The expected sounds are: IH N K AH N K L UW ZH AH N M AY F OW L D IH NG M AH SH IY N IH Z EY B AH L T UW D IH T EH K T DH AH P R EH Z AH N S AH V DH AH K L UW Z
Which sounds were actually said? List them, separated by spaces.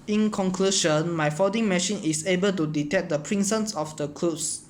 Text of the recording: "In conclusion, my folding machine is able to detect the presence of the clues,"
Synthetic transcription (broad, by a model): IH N K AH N K L UW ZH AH N M AY F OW D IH NG M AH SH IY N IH S EY B AH L T UW D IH T EH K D AH P R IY S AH N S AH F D AH K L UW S